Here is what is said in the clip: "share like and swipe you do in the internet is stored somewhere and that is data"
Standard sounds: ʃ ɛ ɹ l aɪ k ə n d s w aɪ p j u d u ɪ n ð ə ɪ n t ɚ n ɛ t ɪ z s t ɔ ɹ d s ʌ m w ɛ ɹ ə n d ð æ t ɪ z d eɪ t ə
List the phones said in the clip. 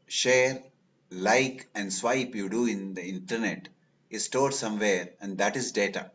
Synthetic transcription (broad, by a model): ʃ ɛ ɹ l aɪ k ə n d s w aɪ p j u d u ɪ n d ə ɪ n t ɚ n ɛ t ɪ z s t ɔ ɹ d s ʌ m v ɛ ɹ ə n d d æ t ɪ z d eɪ t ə